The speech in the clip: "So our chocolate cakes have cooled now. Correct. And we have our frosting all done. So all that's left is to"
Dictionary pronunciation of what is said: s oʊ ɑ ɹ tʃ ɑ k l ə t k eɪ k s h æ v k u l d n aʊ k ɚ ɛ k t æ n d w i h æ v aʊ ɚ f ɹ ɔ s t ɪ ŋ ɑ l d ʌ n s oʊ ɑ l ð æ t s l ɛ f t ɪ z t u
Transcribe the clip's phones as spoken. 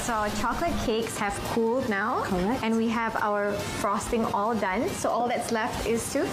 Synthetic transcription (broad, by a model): s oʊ tʃ ɑ k l ə t k eɪ k s h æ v k u l d n aʊ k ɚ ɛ n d w i h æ v aʊ ɚ f ɹ ɔ s t ɪ ŋ ɑ l d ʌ n s oʊ ɑ l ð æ t s l ɛ f t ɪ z t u